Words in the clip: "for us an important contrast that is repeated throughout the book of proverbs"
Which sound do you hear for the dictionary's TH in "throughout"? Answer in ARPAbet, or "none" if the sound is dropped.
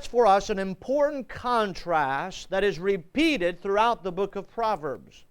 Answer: TH